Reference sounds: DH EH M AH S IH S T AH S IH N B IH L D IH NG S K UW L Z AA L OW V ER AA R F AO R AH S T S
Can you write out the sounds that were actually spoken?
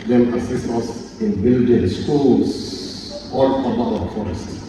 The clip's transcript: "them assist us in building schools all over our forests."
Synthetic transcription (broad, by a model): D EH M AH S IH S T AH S IH N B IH L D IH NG S K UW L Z AA L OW B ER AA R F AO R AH S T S